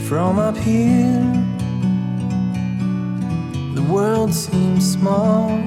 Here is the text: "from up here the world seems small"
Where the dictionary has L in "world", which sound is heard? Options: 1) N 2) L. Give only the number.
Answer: 2